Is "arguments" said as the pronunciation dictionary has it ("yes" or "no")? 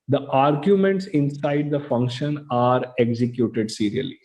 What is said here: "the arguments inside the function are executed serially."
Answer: yes